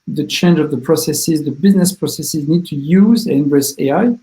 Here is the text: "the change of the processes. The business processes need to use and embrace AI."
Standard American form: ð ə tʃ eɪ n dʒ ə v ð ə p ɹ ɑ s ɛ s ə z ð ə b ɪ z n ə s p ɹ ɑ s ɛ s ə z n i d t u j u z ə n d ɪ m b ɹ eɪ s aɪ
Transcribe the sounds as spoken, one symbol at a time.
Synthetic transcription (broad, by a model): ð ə tʃ eɪ n dʒ ə v ð ə p ɹ ɑ s ɛ s ə z ð ə b ɪ z n ə s p ɹ ɑ s ɛ s ə z n i d t u j u z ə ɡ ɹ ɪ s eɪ aɪ